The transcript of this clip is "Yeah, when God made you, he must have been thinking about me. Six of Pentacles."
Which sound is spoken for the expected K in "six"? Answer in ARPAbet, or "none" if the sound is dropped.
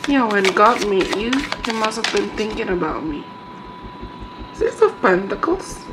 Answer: none